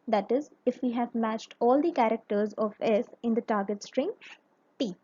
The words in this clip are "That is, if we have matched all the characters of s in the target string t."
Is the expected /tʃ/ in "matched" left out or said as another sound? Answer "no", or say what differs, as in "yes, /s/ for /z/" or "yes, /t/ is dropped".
no